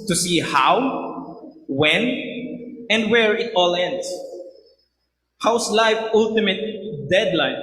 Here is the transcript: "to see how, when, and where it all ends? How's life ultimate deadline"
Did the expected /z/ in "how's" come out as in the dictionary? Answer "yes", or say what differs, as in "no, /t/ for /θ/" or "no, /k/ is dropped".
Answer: no, /s/ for /z/